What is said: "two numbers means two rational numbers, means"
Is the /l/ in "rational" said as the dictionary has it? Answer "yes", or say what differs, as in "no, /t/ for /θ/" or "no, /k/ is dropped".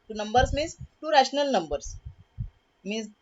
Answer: yes